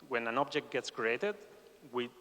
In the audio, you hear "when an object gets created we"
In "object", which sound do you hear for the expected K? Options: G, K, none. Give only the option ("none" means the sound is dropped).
K